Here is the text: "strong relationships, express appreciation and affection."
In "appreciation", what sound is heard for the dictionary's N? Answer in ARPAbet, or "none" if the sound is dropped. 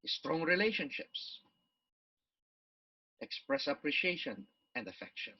N